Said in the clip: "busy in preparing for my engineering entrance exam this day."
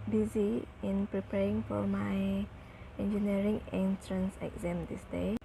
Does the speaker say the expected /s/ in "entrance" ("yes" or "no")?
yes